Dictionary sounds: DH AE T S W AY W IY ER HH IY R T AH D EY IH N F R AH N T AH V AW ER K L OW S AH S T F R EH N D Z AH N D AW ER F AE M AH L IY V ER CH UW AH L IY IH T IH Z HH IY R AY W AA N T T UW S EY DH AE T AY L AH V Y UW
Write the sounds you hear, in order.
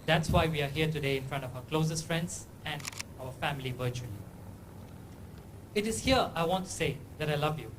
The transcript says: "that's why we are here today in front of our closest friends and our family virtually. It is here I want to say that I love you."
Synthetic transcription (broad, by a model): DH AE T S W AY W IY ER HH IY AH T AH D EY IH N F R AH N T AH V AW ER K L OW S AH S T F R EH N D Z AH N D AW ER F AE M AH L IY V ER CH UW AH L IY IH T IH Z HH IY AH AY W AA N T T UW S EY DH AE T AY L AH V Y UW